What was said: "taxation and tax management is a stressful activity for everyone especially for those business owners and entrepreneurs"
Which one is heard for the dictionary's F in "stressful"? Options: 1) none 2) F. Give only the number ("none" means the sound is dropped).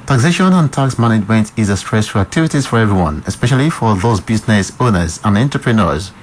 1